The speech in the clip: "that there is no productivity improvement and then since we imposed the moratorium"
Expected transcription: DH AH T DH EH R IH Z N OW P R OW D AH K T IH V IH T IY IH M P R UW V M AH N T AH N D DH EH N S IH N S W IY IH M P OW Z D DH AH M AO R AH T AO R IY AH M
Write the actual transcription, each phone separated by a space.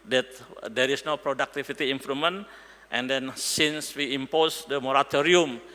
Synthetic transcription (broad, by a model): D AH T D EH R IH S N OW P R OW D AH K T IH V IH T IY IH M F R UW M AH N T AH N D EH N S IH N S W IY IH M P OW S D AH M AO R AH T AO R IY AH M